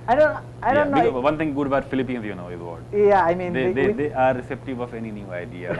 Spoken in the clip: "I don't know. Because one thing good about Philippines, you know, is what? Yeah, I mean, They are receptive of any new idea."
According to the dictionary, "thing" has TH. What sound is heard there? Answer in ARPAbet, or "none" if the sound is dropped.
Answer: T